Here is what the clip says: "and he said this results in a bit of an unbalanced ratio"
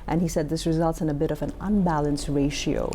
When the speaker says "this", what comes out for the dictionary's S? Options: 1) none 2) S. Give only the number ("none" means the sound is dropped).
2